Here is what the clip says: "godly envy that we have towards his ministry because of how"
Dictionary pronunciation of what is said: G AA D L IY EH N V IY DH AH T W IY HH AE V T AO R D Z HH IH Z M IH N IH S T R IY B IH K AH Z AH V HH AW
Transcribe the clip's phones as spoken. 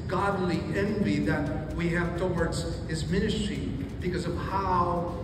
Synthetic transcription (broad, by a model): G AA D L IY EH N V IY DH AH T W IY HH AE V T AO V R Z HH IH Z M IH N IH S T R IY B IH K AH Z AH V HH AW